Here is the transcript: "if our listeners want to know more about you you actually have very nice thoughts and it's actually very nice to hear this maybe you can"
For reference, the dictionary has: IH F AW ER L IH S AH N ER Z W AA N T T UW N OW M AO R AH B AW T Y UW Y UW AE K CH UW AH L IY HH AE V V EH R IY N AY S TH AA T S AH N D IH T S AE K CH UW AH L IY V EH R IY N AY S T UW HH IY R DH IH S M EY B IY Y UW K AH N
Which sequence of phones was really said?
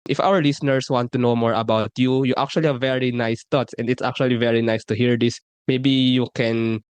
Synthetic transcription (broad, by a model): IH F AW ER L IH S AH N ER S W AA N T T UW N OW M AO R AH B AW T Y UW Y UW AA K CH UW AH L IY HH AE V V EH R IY N AY S T AA T S AH N D IH T S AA K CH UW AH L IY V EH R IY N AY S T UW HH IY R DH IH S M EY B IY Y UW K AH N